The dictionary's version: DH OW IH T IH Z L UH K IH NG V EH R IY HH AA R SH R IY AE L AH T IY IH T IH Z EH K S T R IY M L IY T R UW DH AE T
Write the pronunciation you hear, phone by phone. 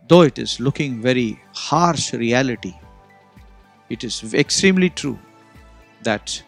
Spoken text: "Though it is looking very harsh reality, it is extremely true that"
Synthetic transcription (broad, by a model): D OW IH T IH Z L UH K IH NG V EH R IY HH AA R SH R IY AE L AH T IY IH T IH Z EH K S T R IY M L IY T R UW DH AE T